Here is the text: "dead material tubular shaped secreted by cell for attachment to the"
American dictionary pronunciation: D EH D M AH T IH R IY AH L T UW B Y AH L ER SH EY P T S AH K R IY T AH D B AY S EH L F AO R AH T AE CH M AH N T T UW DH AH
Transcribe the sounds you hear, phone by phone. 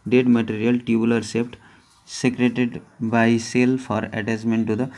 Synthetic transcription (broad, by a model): D EH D M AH T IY R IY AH L T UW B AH L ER S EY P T S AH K R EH T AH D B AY S EH L F AO R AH T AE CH M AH N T T UW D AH